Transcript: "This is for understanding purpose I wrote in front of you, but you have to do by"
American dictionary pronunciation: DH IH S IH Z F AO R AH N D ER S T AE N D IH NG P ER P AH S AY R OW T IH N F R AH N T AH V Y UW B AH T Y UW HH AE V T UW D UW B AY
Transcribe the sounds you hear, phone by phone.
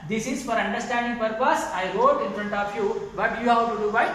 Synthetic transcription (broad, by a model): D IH S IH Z F AO R AH N D ER S T AE N D IH NG P ER P AH S AY R OW T IH N F R AH N T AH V Y UW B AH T Y UW HH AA W T UW D UW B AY